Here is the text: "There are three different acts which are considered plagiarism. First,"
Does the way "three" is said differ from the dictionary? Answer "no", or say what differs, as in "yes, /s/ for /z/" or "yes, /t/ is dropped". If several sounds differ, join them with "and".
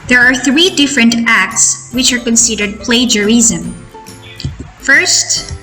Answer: no